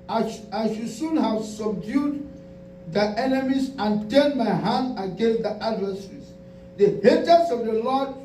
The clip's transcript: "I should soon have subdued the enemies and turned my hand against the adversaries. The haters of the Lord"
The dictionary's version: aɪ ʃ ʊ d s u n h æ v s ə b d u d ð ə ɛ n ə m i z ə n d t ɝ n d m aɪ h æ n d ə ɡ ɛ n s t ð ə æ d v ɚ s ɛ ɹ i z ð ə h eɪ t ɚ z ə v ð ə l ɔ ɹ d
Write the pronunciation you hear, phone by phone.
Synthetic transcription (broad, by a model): aɪ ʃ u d s u n h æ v s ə b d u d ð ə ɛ n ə m i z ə n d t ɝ n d m aɪ h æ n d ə ɡ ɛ n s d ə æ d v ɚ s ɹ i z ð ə h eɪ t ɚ s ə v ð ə l ɔ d